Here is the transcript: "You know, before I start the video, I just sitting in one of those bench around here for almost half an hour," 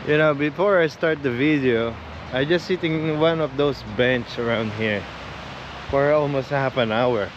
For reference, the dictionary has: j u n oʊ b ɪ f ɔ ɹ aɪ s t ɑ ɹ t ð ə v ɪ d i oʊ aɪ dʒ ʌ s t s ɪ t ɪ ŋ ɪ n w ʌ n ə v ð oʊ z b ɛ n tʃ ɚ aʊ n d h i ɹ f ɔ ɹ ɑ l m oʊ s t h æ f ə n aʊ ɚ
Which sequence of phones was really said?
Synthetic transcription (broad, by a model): j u n oʊ b ɪ f ɔ ɹ aɪ s t ɑ ɹ t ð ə v ɪ d i oʊ aɪ dʒ ʌ s t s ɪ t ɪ ŋ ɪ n w ʌ n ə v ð oʊ s b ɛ n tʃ ɚ aʊ n d h i ɹ f ɔ ɹ ɑ l m oʊ s t h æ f ə n aʊ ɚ